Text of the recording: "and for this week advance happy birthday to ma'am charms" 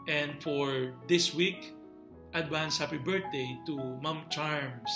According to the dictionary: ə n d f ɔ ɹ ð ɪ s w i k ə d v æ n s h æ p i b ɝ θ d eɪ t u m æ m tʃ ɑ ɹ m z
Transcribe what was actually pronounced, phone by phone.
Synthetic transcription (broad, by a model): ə n d f ɔ ɹ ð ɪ s w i k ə d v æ n s h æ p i b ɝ t d eɪ t u m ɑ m tʃ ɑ ɹ m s